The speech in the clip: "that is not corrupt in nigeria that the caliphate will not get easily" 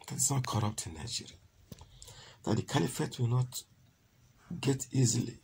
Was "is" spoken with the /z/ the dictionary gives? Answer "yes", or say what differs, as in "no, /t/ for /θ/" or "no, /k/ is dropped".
no, /s/ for /z/